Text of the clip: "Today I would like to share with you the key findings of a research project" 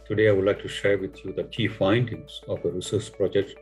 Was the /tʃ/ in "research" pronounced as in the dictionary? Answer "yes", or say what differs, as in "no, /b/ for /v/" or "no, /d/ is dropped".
no, /s/ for /tʃ/